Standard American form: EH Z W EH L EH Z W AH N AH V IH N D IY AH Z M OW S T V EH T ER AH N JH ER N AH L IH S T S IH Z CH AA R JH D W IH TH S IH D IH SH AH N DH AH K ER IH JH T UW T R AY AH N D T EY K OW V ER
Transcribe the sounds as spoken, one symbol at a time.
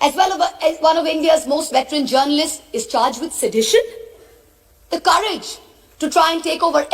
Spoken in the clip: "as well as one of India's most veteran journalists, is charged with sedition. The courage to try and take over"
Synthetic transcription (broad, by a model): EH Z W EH L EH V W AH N AH V IH N D IY AH Z M OW S T V EH T ER AH N JH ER N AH L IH S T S IH Z CH AA R JH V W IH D S IH D IH SH AH N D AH K ER IH JH T UW T R AY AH N T EY K OW V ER